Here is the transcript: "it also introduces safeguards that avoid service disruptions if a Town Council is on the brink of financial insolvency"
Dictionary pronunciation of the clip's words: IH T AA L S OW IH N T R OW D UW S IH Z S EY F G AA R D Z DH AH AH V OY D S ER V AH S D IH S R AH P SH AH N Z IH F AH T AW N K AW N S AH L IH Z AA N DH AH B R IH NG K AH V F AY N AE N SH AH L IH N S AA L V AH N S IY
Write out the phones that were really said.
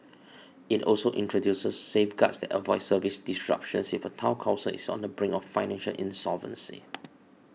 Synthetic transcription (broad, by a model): IH T AA L S OW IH N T R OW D UW S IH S EY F G AA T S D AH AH V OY S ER V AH S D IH S R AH P SH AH N S IH F AH T AW K AW S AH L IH S AA N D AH B R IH NG AH F F AY N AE N SH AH L IH N S AA L V AH N S IY